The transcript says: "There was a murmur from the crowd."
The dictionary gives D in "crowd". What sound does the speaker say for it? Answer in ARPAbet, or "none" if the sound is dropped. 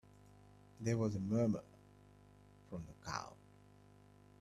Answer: none